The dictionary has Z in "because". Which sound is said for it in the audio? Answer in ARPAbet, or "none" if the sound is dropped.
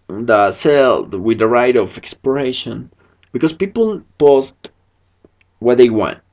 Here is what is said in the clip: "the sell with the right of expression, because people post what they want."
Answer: S